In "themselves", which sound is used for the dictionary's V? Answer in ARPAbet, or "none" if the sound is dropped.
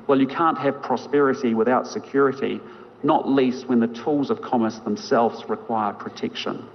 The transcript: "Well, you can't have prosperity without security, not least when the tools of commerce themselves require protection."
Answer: V